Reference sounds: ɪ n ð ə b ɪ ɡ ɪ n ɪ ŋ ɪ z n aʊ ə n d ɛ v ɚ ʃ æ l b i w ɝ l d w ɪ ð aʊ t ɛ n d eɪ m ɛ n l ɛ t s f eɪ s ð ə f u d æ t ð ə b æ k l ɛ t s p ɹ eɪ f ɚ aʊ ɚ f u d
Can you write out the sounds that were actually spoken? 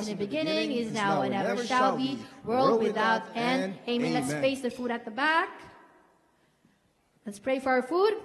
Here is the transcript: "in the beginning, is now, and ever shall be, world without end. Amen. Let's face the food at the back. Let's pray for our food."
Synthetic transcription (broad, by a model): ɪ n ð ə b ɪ ɡ ɪ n ɪ ŋ ɪ z n aʊ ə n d ɛ v ɚ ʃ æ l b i w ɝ l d w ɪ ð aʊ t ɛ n eɪ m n l ɛ t s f eɪ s ð ə f u d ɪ t ð ə b æ k l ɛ t s p ɹ eɪ f ɚ aʊ ɚ f u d